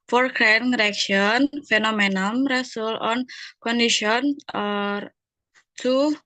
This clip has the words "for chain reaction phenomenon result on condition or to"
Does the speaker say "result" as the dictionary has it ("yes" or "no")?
no